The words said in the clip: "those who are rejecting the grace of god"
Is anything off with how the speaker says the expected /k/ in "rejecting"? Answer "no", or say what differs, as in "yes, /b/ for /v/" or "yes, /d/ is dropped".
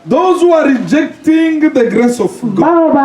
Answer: no